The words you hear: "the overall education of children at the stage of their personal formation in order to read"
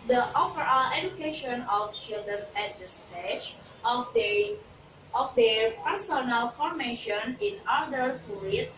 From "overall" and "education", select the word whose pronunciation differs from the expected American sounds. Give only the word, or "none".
overall